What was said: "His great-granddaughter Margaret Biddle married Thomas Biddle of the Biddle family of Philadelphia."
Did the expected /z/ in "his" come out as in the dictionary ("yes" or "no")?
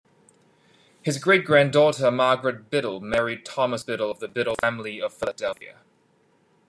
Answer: yes